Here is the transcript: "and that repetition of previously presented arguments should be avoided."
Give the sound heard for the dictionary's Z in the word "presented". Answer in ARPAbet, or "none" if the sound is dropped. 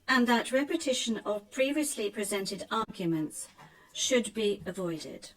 Z